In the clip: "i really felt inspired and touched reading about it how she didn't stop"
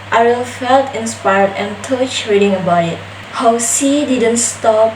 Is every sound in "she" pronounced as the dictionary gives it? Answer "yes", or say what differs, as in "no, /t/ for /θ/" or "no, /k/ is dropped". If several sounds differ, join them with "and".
no, /s/ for /ʃ/